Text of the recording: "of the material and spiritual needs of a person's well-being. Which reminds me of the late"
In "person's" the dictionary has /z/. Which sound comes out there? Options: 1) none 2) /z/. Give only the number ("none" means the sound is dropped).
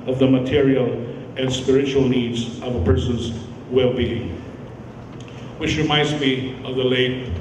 2